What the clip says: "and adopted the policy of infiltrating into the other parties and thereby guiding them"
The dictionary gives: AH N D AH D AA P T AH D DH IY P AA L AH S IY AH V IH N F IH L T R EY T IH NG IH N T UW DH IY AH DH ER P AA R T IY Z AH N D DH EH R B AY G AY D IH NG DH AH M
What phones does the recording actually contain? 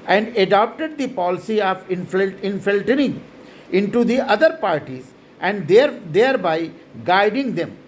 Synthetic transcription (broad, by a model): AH N D AH D AA P T AH D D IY P AA L AH S IY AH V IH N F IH L T EY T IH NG IH N T UW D IY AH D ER P AA R T IY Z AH N D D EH R B AY G AY D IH NG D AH M